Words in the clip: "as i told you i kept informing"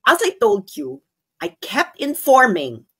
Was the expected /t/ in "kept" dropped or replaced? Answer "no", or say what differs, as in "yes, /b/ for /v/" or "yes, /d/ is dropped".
no